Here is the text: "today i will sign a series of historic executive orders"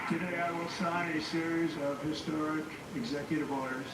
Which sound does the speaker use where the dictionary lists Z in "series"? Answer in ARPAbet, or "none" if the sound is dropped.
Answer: Z